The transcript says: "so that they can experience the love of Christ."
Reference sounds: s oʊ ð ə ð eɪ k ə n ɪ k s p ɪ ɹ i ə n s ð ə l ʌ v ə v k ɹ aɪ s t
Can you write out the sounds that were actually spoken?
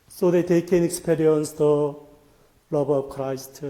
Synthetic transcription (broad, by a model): s oʊ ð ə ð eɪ k ə n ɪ k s p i ɹ i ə n s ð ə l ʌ b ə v k ɹ aɪ s t